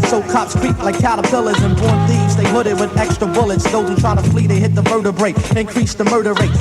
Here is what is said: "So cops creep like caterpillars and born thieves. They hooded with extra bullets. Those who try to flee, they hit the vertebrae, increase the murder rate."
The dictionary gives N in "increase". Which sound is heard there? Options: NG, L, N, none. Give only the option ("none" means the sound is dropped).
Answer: N